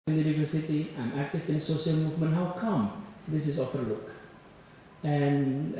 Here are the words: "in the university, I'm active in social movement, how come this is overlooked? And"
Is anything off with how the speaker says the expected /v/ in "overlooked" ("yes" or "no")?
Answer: yes